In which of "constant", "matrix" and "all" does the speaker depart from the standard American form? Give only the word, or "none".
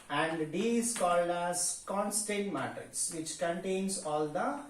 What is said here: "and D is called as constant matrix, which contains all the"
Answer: matrix